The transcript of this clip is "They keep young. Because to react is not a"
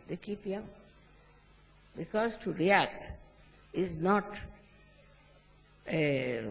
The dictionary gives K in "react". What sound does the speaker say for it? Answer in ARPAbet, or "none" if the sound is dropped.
K